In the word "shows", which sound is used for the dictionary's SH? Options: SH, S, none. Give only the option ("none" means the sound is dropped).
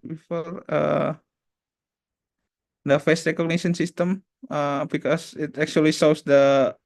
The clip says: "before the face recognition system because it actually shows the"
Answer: S